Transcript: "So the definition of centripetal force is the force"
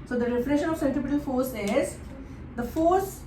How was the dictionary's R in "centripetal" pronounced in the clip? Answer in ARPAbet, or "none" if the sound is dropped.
none